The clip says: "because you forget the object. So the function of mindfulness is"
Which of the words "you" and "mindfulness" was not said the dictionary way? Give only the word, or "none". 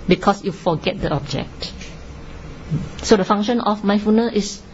mindfulness